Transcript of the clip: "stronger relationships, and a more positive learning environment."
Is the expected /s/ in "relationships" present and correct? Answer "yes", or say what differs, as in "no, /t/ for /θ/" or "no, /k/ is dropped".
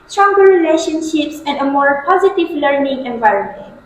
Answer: yes